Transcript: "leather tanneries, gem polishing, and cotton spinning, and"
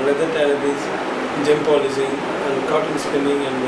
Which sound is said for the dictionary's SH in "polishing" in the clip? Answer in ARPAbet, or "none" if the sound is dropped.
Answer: S